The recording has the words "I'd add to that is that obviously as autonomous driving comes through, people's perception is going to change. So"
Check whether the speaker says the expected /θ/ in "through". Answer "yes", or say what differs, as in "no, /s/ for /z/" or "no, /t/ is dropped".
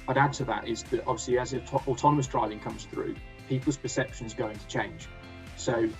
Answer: yes